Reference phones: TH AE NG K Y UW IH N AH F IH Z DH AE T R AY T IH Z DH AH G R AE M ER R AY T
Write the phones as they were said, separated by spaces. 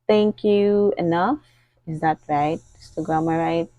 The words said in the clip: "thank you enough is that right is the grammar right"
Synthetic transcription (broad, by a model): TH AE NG K Y UW IH N AH F IH Z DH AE T R AY T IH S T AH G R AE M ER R AY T